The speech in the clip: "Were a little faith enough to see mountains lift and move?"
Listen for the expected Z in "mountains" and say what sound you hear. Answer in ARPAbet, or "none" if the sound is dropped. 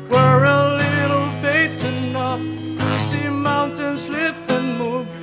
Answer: S